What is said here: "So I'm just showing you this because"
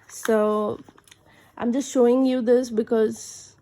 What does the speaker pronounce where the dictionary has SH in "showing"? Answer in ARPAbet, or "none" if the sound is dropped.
SH